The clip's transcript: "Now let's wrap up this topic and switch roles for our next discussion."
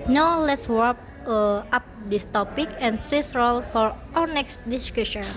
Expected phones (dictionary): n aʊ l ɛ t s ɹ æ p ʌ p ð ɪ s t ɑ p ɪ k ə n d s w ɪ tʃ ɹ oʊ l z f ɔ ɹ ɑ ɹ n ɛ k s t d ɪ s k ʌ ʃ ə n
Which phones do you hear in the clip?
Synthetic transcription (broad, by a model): n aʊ l ɛ t s w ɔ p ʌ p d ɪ s t ɑ p ɪ k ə n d s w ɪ s ɹ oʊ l f ɔ ɹ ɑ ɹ n ɛ k s t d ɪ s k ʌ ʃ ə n